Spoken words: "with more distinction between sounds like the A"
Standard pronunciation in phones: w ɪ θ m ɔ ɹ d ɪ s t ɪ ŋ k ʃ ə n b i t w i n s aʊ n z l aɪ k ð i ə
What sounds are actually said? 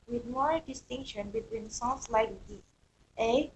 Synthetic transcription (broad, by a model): w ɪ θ m ɔ ɹ d ɪ s t ɪ ŋ k ʃ ə n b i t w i n s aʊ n s l aɪ k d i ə